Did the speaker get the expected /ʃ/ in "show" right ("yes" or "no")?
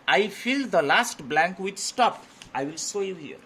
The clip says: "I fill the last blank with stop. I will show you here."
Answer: no